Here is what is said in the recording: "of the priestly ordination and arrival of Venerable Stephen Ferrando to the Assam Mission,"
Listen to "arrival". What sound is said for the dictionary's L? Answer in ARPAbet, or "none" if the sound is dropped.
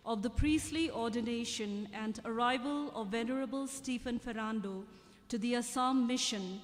L